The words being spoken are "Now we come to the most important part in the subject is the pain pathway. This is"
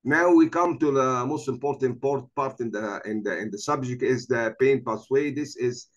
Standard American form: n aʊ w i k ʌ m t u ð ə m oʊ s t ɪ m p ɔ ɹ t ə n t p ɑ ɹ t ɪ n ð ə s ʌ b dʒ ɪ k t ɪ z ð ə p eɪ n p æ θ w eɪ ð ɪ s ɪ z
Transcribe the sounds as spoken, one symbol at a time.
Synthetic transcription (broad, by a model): n aʊ w i k ʌ m t u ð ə m oʊ s t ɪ m p ɔ ɹ t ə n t p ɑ ɹ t ɪ n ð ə s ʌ b dʒ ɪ k t ɪ z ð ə p eɪ n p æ s w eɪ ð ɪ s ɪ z